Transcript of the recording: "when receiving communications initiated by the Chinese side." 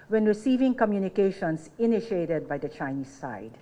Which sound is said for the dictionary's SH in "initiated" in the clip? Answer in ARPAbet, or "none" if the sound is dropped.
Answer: SH